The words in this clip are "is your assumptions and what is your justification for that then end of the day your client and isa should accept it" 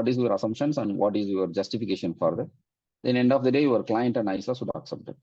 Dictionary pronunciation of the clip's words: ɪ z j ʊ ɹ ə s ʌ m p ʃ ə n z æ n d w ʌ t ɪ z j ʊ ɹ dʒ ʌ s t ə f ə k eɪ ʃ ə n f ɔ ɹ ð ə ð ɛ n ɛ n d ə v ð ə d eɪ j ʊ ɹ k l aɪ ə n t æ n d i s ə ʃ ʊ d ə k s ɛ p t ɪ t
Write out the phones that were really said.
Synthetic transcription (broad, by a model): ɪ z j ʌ ɹ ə s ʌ m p ʃ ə n s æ n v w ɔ t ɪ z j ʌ ɹ dʒ ʌ s t ə f ə k eɪ ʃ ə n f ɔ ɹ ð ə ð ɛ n ɛ n d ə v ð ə d eɪ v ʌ ɹ k l aɪ ə n t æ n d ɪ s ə s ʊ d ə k s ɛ p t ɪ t